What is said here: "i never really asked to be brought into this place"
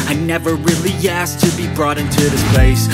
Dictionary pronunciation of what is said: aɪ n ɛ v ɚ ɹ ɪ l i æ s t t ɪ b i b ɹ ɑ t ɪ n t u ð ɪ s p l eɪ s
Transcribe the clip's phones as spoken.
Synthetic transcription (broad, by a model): aɪ n ɛ v ɚ ɹ ɪ l i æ s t t ɪ b i b ɹ ɑ t ɪ n t u ð ɪ s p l eɪ s